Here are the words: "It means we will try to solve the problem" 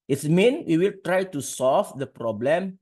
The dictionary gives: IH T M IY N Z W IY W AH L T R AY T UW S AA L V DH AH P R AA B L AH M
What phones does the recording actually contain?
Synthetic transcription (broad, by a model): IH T M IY N W IY W AH L T R AY T UW S AA L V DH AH P R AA B L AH M